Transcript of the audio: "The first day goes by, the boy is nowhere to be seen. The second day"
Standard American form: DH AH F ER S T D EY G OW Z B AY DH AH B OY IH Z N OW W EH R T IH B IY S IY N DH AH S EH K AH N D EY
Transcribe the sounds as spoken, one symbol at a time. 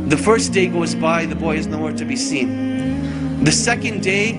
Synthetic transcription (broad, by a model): DH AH F ER S D EY G OW Z B AY DH AH B OY IH Z N OW W EH R T IH B IY S IY N DH AH S EH K AH N D EY